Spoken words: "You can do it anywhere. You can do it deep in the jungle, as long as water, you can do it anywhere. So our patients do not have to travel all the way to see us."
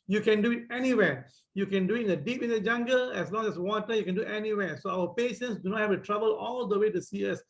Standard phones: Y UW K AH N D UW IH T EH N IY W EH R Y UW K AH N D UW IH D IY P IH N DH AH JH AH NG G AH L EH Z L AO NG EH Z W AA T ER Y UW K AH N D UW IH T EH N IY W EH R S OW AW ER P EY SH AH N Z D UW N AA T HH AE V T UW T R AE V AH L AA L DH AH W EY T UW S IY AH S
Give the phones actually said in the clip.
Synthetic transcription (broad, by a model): Y UW K AH N D UW IH T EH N IY W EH Y UW K AH N D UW IH D IY P IH N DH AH JH AH NG G AH L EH S L AO NG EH S W AA T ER Y UW K AH N D UW T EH N IY W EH S OW AW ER P EY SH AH N S D UW N AA T HH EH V T UW T R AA B AH L AA L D AH W EY T UW S IY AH S